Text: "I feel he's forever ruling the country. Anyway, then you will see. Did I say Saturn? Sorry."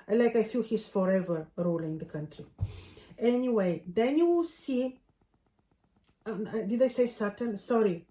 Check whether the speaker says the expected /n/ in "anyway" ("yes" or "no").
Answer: yes